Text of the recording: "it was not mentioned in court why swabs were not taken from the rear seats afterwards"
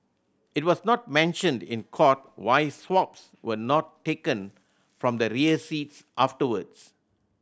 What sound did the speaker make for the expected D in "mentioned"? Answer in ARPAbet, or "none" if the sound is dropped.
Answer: D